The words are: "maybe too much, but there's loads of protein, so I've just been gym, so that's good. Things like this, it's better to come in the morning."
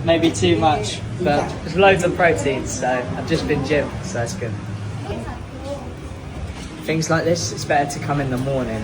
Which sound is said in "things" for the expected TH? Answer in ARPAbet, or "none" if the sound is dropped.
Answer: TH